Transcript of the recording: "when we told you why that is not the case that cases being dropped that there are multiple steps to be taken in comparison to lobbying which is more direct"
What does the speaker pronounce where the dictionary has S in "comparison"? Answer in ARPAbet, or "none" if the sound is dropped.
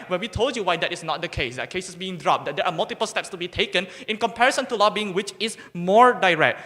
S